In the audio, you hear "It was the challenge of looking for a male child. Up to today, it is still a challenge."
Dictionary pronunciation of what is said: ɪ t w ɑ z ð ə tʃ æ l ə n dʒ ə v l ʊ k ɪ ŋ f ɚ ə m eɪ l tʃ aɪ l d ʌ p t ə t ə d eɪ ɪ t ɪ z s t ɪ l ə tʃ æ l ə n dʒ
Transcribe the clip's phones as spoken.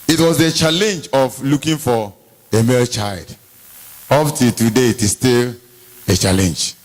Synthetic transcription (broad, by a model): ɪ t w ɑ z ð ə tʃ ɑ l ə n dʒ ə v l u k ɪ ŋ f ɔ ə m eɪ l tʃ aɪ l d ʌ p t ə t ə d eɪ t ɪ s t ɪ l ə tʃ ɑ l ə n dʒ